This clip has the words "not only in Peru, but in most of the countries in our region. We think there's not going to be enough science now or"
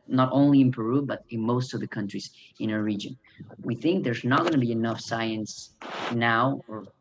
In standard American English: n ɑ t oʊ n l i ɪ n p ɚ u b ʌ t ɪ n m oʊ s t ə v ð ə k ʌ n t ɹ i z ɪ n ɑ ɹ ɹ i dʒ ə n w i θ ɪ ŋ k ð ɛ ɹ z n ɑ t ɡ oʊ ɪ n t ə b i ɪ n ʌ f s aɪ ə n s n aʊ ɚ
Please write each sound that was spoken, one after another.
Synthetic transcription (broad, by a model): n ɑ t oʊ n l i ɪ n p ɚ u b ʌ t ɪ n m oʊ s t ə v ð ə k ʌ n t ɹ i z ɪ n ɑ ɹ ɹ i dʒ ə n w i θ ɪ ŋ k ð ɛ ɹ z n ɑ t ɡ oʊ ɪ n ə b i ɪ n ʌ f s aɪ ə n s n aʊ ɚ